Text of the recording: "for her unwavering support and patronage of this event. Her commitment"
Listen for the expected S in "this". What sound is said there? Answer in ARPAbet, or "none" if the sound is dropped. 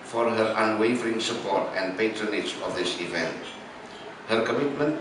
S